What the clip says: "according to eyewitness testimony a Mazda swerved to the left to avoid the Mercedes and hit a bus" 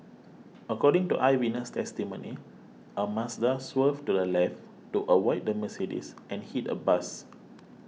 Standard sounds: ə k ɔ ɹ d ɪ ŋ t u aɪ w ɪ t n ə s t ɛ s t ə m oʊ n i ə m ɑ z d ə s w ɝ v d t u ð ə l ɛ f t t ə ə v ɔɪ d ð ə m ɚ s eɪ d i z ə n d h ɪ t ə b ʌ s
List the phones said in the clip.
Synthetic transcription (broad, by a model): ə k ɔ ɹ d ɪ ŋ t u aɪ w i n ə s t ɛ s t ə m oʊ n i ə m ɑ s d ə s w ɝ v t u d ə l ɛ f t t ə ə w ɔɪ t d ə m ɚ s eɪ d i s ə n h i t ə b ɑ s